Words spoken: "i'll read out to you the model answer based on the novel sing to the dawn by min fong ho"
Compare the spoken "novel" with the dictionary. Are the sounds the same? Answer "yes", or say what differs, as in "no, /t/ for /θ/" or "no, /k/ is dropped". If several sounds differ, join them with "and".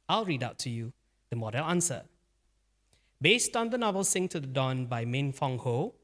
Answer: yes